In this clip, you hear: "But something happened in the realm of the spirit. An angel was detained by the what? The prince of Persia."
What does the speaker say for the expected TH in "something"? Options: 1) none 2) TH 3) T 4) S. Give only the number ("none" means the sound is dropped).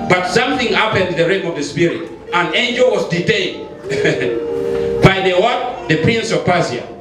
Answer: 2